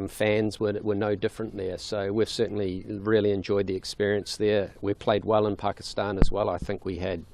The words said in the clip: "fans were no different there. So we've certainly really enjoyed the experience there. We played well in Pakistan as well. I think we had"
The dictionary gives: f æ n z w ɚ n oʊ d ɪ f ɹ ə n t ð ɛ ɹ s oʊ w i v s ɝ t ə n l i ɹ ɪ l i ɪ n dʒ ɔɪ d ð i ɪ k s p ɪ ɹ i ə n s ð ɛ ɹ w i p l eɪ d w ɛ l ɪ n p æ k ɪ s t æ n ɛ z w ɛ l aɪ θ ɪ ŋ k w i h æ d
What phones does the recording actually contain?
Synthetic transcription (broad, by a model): f æ n z w ɚ n oʊ d ɪ f ɹ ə n ð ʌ ɹ s oʊ w i v s ɝ t n l i ɹ ɪ l i ɪ n dʒ ɔɪ d ð i ɪ k s p ɪ ɹ i ə n s ð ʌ ɹ w i p l eɪ d w ɛ l ɪ n p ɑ k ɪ s t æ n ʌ z w ɛ l aɪ θ ɪ ŋ k w i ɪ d